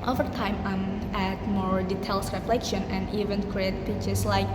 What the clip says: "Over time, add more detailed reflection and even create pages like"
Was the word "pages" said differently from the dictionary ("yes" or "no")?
yes